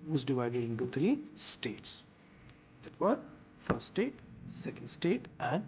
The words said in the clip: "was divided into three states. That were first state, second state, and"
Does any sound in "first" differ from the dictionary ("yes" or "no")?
yes